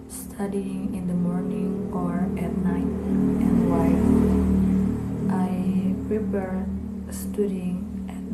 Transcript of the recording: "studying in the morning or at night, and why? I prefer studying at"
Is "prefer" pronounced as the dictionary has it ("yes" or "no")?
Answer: no